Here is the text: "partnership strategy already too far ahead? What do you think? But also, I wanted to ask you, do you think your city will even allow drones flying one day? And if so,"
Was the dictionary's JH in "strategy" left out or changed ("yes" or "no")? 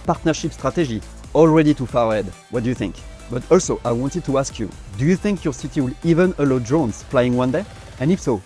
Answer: yes